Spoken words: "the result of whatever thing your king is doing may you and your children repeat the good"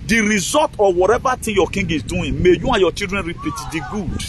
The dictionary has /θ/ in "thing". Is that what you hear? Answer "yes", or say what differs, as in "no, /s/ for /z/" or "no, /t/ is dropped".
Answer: no, /t/ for /θ/